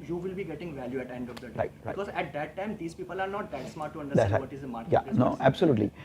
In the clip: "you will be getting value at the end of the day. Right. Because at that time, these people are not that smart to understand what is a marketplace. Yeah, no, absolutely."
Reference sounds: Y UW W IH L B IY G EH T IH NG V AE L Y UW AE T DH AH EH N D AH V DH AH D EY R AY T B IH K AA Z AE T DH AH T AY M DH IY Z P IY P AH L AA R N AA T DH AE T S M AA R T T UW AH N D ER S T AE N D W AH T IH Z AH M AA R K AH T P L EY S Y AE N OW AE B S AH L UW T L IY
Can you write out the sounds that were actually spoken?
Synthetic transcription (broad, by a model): Y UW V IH L B IY G EH T IH NG V AE L Y UW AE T EH N D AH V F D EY R AY T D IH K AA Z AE T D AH T AY M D IY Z P IY P AH L AA R N AA T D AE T S M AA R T T UW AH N D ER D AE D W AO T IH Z AH M AA R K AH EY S N OW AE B S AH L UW T L IY